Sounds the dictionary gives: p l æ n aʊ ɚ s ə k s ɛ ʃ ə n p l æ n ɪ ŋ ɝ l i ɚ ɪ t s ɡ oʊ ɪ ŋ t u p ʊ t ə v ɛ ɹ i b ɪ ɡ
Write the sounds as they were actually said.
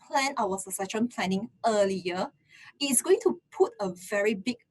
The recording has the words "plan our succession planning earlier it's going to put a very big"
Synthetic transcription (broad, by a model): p l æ n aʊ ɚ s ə s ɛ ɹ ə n p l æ n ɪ ŋ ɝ l i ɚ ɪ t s ɡ oʊ ɪ ŋ t u p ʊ t ə v ɛ ɹ i b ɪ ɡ